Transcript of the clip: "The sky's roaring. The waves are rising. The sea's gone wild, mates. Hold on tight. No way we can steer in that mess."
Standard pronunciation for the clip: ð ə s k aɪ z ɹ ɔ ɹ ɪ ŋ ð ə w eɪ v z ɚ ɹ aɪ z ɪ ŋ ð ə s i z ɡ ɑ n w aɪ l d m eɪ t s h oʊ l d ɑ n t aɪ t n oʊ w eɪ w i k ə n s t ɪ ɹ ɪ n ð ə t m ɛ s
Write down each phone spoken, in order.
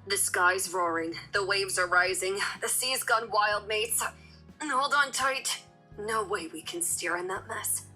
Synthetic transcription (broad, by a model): ð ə s k aɪ z ɹ ɔ ɹ ɪ ŋ ð ə w eɪ v z ɚ ɹ aɪ z ɪ ŋ ð ə s i z ɡ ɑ n w aɪ l d m eɪ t s h oʊ l d n t aɪ t n oʊ w eɪ w i k ə n s t ɪ ɹ ɪ n ð ə t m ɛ s